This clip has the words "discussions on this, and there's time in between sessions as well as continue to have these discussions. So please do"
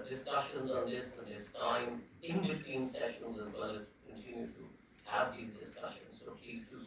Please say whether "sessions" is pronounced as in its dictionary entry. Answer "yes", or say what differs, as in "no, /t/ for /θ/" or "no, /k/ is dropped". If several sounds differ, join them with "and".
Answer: yes